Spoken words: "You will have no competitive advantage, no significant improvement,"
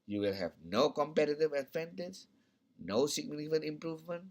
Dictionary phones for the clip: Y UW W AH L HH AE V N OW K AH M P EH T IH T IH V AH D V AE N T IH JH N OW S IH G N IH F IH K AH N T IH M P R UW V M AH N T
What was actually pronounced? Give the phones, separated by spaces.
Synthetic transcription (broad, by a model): Y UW W AH L HH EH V N OW K AH M P EH T IH T IH V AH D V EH N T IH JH N OW S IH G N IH IH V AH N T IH M P R UW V M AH N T